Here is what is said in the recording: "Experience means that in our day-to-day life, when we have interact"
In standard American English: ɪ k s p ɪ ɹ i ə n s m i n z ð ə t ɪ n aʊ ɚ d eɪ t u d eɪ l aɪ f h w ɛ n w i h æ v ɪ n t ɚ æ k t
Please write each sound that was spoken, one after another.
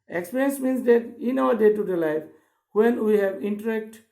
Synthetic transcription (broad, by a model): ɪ k s p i ɹ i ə n s m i n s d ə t ɪ n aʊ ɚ d eɪ t u d eɪ l aɪ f h w ɛ n w i h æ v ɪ n t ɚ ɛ k t